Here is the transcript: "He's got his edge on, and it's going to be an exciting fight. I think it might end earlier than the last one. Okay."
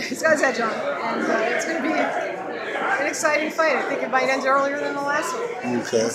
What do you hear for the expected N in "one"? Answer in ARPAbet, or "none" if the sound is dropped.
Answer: none